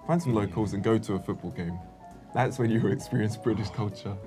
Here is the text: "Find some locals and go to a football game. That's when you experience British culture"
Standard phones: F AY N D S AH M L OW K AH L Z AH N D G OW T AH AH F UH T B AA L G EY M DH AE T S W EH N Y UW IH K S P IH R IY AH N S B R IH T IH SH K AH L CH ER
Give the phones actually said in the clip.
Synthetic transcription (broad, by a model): F AY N S AH M L OW K AH L Z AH N G OW T AH AH F UH T B AA L G EY M DH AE T S W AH N Y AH IH K S P IH R IY AH N S B R IH T IH SH K AH L CH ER